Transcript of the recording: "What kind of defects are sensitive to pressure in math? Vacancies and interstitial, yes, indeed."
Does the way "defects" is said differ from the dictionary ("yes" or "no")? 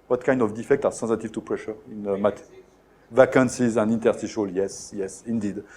yes